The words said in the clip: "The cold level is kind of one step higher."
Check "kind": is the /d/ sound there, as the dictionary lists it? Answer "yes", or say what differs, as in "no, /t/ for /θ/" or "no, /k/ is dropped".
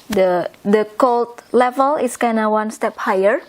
no, /d/ is dropped